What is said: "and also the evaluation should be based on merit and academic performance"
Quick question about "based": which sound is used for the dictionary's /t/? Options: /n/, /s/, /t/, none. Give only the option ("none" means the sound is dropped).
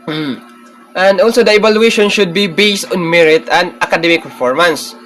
/t/